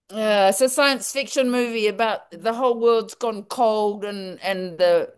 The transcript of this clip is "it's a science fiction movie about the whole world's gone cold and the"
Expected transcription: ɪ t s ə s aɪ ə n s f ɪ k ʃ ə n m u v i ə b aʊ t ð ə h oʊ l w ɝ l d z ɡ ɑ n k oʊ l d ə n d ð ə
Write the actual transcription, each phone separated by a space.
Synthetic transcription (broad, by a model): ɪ s ə s aɪ ə n s f ɪ k ʃ ə n m u v i ə b aʊ t ð ə h oʊ l w ɝ l d z ɡ ɑ n k oʊ l d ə n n ð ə